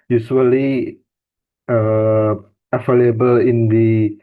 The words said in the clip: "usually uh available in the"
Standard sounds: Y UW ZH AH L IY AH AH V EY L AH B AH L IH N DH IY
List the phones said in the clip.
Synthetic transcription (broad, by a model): Y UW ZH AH L IY AH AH F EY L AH B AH L IH N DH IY